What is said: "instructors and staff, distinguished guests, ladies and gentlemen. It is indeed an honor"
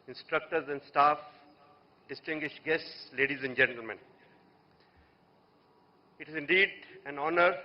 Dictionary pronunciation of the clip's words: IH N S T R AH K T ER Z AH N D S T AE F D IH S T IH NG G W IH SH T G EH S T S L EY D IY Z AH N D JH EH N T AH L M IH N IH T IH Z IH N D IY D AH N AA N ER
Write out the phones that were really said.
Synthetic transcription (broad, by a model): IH N S T R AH K T ER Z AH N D S T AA F D IH S T IH NG G W IH SH T G EH S T S L EY D IY Z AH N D JH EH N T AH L M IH N IH T IH Z IH N D IY D AH N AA N ER